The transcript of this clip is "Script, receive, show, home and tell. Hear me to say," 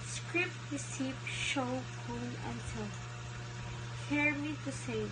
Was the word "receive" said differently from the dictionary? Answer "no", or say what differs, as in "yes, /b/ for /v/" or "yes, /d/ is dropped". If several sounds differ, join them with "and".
yes, /p/ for /v/